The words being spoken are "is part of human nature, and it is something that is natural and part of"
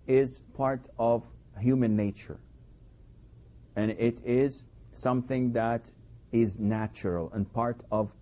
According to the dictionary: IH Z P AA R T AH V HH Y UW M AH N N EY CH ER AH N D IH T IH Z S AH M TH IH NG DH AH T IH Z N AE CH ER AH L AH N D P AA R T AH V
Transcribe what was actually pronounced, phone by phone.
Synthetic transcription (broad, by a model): IH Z P AA R T AH V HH Y UW M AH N N EY CH ER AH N IH T IH Z S AH M TH IH NG DH AH T IH Z N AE CH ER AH L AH N P AA R T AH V